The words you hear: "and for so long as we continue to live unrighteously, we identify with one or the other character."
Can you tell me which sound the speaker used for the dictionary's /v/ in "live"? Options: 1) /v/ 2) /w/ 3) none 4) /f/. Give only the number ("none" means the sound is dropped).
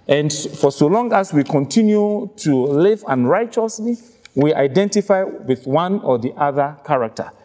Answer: 1